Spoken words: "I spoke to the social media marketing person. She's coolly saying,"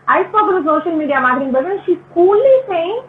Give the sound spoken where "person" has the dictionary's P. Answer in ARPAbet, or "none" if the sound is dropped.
B